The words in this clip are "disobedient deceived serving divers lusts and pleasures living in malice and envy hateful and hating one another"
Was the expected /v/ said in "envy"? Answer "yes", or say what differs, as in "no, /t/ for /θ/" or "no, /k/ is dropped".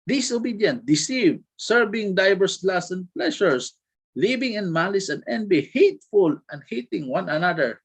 no, /b/ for /v/